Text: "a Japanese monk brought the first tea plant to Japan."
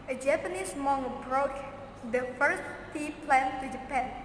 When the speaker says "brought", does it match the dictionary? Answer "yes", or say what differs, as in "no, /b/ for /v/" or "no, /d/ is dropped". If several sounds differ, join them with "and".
yes